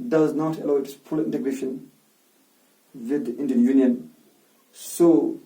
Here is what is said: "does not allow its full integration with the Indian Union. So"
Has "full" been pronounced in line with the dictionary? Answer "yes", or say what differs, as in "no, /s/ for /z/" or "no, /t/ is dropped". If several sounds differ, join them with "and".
no, /p/ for /f/